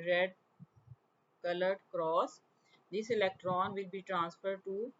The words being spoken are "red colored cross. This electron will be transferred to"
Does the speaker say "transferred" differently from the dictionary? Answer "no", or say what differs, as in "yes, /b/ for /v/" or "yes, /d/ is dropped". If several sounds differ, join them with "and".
no